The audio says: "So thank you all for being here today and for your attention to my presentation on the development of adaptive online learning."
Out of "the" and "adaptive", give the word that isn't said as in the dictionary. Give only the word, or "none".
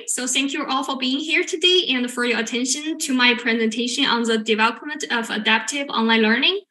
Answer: none